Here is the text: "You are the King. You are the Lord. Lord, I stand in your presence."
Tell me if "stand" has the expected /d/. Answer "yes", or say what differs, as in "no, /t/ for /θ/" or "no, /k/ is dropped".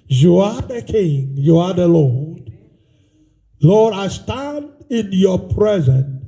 yes